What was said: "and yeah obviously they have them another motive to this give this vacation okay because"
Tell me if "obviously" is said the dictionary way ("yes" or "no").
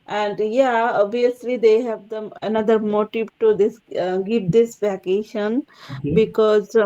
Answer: no